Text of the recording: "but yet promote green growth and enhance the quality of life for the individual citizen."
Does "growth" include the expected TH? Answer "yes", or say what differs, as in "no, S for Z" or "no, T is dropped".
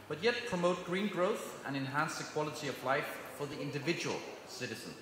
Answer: yes